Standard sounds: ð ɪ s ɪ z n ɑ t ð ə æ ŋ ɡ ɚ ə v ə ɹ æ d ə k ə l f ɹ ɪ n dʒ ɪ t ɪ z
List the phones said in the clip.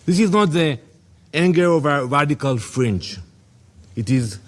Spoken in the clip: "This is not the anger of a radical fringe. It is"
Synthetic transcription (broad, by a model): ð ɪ s ɪ z n ɑ t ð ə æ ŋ ɡ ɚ ə v ə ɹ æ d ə k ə l f ɹ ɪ n tʃ ɪ t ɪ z